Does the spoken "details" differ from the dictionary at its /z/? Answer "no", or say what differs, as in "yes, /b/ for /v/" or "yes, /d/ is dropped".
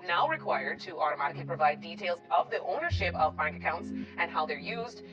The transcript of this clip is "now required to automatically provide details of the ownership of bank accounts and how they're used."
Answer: no